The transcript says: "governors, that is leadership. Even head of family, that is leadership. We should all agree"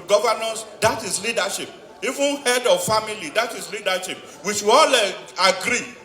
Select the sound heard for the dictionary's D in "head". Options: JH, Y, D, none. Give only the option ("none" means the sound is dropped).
D